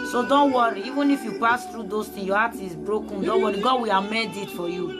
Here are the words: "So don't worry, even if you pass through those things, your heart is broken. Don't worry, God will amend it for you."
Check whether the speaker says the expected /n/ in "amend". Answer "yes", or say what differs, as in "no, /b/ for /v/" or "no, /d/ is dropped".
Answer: no, /n/ is dropped